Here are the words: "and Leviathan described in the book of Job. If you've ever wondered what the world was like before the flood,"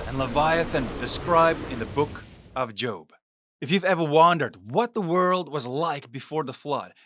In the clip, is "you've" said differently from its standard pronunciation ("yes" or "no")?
no